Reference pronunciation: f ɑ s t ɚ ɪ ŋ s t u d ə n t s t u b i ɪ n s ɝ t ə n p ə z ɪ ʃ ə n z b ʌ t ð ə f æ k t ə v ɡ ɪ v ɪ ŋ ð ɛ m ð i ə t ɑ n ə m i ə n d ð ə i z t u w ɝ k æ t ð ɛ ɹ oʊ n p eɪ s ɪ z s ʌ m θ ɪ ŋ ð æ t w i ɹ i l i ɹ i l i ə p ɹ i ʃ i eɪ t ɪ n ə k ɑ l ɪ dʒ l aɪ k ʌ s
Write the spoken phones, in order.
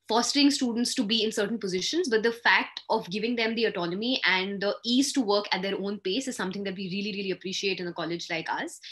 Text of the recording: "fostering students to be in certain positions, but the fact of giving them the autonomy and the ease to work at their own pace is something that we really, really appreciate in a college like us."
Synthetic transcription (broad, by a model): f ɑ s t ɚ ɪ ŋ s t u d ə n t s t u b i ɪ n s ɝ t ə n p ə z ɪ ʃ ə n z b ʌ t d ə f æ k t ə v ɡ ɪ v ɪ ŋ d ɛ m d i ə t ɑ n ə m i ə n d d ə i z t u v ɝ k æ t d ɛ ɹ oʊ n p eɪ s ɪ z s ʌ m t ɪ ŋ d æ t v i ɹ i l i ɹ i l i ə p ɹ i ʃ i eɪ t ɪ n ə k ɑ l ɪ dʒ l aɪ k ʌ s